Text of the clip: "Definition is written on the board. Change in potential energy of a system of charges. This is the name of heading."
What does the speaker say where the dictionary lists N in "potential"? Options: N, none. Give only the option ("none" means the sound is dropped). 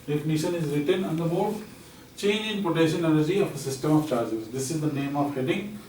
none